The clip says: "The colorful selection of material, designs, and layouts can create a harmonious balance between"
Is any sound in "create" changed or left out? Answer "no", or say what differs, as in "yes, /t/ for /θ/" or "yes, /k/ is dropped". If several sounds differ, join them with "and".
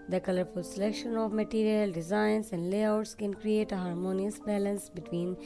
no